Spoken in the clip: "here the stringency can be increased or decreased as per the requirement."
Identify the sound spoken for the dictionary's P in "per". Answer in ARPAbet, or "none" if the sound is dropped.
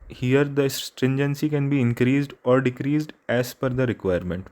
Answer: F